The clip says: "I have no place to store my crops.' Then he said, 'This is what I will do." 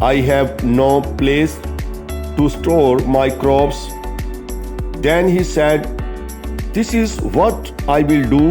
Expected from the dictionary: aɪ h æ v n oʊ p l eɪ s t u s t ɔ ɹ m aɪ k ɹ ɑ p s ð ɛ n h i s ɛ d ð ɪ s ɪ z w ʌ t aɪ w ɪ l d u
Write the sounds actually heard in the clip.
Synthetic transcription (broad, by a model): aɪ h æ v n oʊ p l eɪ s t u s t ɔ ɹ m aɪ k ɹ ɑ p s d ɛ n h i s ɛ d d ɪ s ɪ z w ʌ t aɪ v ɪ l d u